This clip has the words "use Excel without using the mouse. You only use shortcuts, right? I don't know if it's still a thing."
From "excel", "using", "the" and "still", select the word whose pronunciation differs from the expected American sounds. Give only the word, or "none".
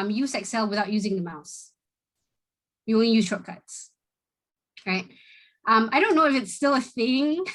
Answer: none